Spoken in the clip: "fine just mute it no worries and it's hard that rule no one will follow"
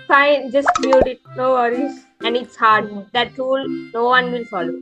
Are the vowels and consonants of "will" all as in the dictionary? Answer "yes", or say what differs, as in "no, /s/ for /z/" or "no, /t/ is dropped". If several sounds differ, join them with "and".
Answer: no, /n/ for /l/